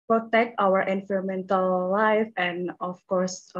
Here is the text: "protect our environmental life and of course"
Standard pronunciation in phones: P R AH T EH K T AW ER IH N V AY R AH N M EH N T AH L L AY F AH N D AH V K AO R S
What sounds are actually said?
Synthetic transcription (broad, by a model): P R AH T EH K T AW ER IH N F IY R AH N M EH N T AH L L AY F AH N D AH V K AO R S